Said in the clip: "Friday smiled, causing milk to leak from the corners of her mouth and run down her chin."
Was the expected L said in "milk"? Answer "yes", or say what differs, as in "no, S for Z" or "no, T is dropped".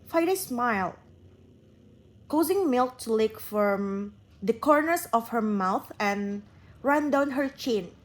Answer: yes